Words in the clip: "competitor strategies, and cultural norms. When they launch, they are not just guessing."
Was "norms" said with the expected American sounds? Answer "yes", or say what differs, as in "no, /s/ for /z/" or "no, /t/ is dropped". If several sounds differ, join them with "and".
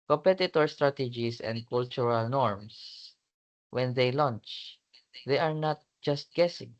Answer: no, /s/ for /z/